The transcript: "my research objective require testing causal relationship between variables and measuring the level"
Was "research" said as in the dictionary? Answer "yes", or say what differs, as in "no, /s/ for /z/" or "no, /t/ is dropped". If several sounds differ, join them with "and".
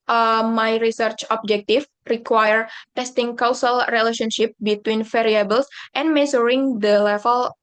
yes